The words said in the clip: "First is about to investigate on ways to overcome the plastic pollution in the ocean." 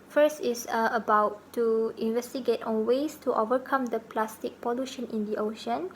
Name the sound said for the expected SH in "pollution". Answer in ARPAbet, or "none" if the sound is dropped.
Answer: SH